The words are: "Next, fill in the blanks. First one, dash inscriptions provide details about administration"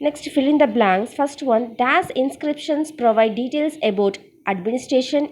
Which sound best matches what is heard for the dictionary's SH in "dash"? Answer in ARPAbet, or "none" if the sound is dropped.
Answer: S